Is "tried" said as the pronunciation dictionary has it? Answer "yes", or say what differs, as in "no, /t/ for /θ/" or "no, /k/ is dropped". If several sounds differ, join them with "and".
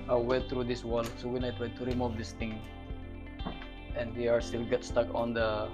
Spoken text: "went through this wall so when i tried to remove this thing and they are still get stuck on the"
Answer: no, /w/ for /ɹ/